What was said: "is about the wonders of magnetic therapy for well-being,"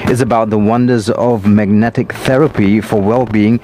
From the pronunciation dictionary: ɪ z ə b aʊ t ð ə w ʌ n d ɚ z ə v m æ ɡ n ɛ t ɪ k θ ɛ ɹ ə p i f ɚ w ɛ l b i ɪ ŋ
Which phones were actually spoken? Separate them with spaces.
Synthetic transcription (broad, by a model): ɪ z ə b aʊ t ð ə w ʌ n d ɚ z ə v m æ ɡ n ɛ t ɪ k θ ɛ ɹ ə p i f ɚ w ɛ l b i ɪ ŋ